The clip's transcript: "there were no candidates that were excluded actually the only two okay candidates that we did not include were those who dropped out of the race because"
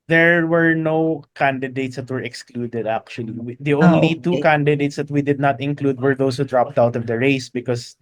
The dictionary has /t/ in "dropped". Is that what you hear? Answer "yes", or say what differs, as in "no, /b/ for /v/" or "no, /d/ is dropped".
yes